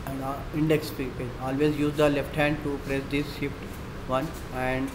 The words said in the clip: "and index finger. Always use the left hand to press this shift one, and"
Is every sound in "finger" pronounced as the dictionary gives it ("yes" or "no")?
no